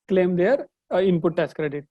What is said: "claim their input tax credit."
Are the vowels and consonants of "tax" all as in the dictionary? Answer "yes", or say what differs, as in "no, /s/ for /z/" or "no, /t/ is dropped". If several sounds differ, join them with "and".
no, /k/ is dropped